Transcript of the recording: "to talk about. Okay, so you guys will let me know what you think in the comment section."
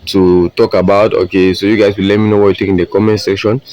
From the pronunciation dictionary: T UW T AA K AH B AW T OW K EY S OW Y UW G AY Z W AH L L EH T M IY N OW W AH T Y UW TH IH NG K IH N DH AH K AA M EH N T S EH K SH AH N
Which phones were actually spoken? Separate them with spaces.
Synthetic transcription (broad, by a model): T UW T AA K AH B AW T OW K EY S OW Y UW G AY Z W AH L L EH T M IY N OW W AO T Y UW T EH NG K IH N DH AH K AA M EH N S EH K SH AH N